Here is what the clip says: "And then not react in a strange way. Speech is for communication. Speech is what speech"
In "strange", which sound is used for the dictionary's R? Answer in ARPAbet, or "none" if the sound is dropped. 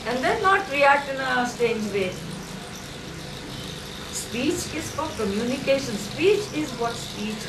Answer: none